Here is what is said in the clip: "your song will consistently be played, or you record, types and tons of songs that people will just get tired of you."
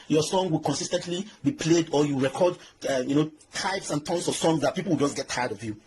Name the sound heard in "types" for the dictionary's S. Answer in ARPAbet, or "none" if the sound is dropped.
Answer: S